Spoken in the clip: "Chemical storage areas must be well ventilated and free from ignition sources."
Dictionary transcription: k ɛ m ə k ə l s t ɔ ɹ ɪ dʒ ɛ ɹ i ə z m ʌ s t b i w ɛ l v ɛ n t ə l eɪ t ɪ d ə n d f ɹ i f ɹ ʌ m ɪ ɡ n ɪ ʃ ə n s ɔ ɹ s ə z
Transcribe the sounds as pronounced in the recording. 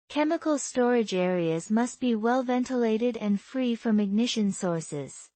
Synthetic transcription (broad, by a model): k ɛ m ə k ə l s t ɔ ɹ ɪ dʒ ɛ ɹ i ə z m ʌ s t b i w ɛ l v ɛ n t ə l eɪ t ɪ d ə n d f ɹ i f ɹ ʌ m ɪ ɡ n ɪ ʃ ə n s ɔ ɹ s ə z